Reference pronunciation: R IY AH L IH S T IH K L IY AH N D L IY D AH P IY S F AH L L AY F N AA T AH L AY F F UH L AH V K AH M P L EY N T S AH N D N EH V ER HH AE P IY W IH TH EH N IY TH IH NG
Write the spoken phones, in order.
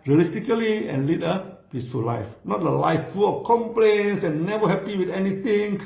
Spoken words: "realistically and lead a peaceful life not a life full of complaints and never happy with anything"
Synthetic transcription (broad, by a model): R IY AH L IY S T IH K L IY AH N L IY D AH P IY S F AH L L AY F N AA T AH L AY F F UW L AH K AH M P L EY N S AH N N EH V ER HH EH P IY W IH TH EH N IY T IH NG